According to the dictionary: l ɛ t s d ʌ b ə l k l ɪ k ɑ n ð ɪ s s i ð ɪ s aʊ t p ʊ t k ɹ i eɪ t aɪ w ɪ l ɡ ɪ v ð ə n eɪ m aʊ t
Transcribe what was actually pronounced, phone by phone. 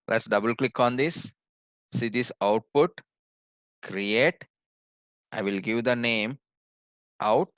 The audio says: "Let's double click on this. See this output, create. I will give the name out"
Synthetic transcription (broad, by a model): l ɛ t s d ʌ b ə l k l ɪ k ɑ n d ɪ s s i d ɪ s aʊ t p ʊ t k ɹ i eɪ t aɪ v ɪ l ɡ ɪ v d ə n eɪ m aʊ t